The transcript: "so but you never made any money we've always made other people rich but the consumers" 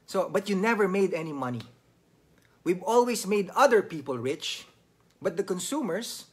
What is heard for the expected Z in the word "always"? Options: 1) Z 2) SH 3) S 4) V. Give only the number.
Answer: 3